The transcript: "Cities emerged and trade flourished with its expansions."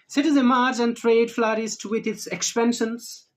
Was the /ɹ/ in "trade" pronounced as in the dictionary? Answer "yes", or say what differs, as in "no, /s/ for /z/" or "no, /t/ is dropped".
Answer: yes